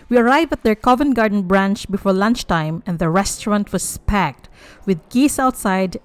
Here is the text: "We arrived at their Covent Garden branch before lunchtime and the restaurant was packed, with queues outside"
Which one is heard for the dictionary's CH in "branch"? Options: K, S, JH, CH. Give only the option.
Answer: CH